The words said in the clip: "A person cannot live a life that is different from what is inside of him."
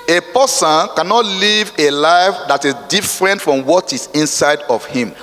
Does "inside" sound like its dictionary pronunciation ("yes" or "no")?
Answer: yes